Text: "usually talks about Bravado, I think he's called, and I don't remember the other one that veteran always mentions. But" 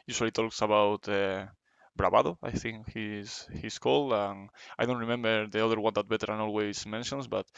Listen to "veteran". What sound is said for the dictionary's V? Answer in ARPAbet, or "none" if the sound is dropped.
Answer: B